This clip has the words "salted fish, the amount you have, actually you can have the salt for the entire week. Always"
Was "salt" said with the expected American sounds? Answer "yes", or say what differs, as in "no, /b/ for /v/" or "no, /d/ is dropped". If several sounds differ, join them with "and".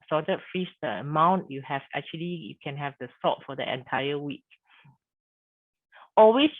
no, /l/ is dropped